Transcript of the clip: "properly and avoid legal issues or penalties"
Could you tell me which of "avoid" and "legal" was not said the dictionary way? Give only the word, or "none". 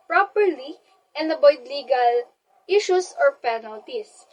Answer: avoid